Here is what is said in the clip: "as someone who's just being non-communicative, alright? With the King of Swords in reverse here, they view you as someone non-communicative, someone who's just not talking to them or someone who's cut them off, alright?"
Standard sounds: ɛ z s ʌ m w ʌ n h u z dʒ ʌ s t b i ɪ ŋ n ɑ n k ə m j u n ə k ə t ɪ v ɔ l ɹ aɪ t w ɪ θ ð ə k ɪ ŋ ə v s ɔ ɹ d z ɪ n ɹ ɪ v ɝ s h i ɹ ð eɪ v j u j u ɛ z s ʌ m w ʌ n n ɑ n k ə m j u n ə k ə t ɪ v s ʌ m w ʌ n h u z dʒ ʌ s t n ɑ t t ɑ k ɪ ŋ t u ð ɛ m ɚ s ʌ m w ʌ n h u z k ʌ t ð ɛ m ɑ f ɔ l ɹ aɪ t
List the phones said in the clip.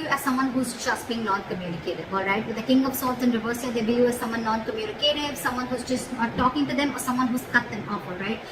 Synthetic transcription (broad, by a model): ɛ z s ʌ m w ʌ n h u z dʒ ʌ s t b i ɪ ŋ n ɑ n k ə m j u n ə k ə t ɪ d ɔ l ɹ aɪ t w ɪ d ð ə k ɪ ŋ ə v s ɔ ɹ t ɪ n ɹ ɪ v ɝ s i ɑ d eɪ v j j u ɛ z s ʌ m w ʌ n n ɑ n k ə m j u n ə k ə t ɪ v s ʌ m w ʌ n h u z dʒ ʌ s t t t ɑ k ɪ ŋ t u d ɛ m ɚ s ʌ m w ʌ n h u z k ʌ t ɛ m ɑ p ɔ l ɹ aɪ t